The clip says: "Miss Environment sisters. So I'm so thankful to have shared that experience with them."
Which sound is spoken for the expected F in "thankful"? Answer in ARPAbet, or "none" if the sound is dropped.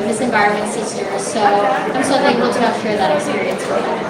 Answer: none